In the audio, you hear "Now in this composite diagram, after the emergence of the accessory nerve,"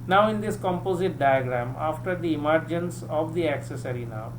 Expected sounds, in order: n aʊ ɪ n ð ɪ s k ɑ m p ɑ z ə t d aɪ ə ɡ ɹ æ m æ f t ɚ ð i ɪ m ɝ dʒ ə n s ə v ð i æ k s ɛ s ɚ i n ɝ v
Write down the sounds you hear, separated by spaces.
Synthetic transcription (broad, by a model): n aʊ ɪ n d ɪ s k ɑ m p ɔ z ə t d aɪ ə ɡ ɹ æ m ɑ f t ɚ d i ɪ m ɝ dʒ ə n s ə v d i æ k s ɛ s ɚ i n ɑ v